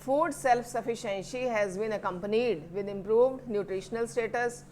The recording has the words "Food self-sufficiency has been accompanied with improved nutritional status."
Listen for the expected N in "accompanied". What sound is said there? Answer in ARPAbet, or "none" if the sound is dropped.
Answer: N